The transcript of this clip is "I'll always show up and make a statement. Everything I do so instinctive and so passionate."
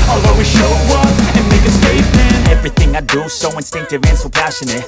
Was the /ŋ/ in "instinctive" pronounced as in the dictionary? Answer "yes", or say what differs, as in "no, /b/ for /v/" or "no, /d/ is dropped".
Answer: yes